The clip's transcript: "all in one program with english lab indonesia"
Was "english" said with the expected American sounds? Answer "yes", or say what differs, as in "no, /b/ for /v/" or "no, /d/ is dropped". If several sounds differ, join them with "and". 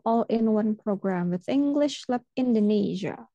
yes